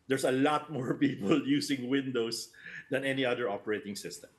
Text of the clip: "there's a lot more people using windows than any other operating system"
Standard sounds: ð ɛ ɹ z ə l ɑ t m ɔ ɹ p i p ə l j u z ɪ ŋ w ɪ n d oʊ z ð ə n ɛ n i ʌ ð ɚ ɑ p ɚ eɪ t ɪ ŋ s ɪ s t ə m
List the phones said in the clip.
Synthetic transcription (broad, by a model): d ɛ ɹ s ə l ɑ t m ɔ ɹ p i p ə l j u s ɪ ŋ w ɪ n d oʊ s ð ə n ɛ n i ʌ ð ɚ ɑ p ɚ eɪ t ɪ ŋ s ɪ s t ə m